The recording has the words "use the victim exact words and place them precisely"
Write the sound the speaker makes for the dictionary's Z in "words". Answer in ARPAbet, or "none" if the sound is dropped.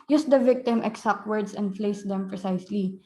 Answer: S